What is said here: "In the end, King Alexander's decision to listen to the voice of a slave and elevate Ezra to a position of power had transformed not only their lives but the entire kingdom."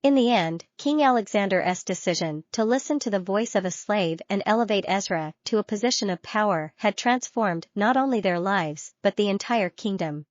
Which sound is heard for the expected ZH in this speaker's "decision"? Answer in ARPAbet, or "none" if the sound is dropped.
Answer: ZH